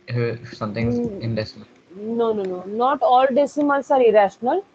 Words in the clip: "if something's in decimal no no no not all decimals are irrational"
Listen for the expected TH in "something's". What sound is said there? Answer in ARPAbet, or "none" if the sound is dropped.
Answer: T